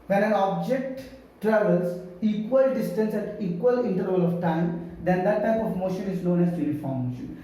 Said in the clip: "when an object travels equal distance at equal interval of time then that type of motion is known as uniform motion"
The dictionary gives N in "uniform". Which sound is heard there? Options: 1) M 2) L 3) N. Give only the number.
2